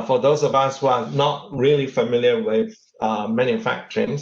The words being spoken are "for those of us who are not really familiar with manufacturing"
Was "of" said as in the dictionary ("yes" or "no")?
yes